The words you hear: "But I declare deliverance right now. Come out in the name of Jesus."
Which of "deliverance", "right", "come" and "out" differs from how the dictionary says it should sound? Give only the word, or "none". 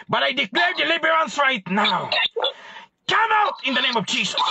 deliverance